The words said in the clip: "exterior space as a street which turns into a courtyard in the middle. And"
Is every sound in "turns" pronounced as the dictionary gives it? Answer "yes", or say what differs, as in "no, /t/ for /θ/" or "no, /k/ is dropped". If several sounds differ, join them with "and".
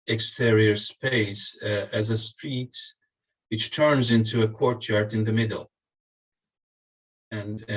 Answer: yes